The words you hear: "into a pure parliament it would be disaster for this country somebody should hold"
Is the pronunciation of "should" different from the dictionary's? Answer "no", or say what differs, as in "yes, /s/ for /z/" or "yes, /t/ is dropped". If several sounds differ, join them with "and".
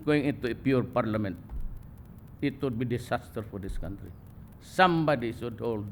yes, /s/ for /ʃ/